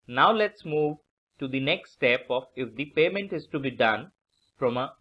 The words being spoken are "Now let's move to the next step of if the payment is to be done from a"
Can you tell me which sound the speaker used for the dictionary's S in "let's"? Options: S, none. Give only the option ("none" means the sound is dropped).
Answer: S